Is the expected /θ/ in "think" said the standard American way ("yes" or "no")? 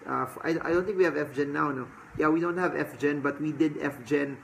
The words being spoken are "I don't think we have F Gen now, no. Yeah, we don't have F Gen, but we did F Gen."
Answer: no